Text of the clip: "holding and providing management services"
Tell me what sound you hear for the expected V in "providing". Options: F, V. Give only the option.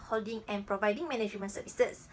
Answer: V